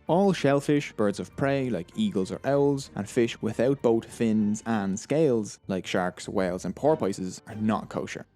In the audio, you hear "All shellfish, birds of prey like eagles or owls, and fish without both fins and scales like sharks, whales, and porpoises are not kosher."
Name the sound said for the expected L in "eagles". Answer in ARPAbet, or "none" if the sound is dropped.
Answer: L